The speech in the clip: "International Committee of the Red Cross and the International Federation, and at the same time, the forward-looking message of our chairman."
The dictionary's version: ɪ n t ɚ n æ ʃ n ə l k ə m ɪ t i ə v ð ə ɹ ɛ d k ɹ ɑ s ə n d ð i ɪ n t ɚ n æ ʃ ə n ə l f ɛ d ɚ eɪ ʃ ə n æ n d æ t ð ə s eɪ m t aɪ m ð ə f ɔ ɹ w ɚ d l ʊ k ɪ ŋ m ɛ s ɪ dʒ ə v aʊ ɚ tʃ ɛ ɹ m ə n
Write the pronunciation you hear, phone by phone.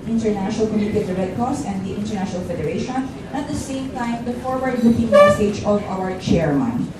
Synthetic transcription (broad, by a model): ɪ n t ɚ n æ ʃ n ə l k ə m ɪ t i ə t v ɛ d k ɑ s ə n d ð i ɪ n t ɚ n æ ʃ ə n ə l f ɛ d ɚ eɪ ʃ ə n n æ t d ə s eɪ m t aɪ m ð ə f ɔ ɹ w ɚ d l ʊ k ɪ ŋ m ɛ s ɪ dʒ ə v aʊ ɚ tʃ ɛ ɹ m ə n